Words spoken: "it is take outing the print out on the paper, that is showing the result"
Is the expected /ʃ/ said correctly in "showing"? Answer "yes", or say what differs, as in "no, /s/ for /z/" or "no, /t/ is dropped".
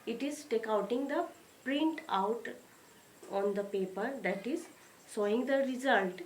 no, /s/ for /ʃ/